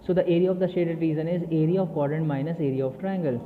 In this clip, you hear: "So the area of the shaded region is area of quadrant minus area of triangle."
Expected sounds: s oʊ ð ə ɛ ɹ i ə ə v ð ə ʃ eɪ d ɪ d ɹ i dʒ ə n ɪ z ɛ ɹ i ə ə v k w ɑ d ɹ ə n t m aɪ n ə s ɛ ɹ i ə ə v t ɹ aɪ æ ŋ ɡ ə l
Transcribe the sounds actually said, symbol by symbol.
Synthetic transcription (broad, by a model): s oʊ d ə ɛ ɹ i ə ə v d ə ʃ eɪ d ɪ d ɹ i z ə n ɪ z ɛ ɹ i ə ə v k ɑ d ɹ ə n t m aɪ n ə s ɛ ɹ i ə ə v t ɹ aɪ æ ŋ ɡ ə l